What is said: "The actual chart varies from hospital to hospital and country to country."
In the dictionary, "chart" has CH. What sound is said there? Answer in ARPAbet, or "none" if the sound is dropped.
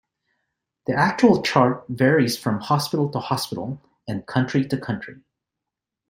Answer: CH